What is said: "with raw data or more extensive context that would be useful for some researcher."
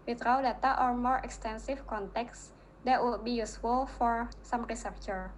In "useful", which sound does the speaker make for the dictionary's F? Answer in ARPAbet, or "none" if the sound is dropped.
F